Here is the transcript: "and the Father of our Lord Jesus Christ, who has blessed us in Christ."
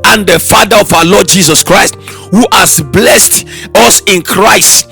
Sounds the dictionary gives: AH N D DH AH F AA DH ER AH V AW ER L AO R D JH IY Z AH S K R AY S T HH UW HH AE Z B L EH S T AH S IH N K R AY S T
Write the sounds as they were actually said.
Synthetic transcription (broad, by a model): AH N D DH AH F AA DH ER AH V AW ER L AO D JH IY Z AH S K R AY S T HH UW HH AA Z B L EH S T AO S IH N K R AY S T